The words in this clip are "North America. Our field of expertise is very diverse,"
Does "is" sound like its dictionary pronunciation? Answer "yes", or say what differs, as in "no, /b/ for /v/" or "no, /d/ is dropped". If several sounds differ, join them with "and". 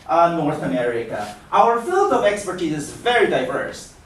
yes